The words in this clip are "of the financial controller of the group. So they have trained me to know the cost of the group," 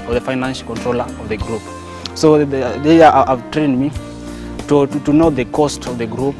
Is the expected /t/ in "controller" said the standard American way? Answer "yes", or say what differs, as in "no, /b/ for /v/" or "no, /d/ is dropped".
yes